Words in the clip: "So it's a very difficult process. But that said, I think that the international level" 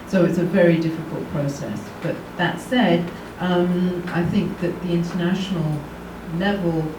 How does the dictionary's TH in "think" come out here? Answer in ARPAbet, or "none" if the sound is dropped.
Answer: TH